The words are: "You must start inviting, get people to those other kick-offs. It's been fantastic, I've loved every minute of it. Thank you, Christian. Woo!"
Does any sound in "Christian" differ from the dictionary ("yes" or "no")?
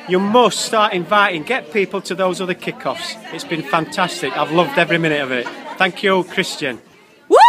no